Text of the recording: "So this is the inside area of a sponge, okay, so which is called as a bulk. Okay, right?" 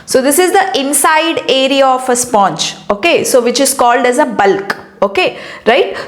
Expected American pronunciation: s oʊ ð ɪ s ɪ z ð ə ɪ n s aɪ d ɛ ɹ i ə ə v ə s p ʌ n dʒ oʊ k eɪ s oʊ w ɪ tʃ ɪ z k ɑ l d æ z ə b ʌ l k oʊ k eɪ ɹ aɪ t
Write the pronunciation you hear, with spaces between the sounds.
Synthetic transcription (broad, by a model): s oʊ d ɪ s ɪ z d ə ɪ n s aɪ d ɛ ɹ i ə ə f ə s p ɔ n tʃ oʊ k eɪ s oʊ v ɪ tʃ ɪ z k ɑ l d æ z ə b ʌ l k oʊ k eɪ ɹ aɪ t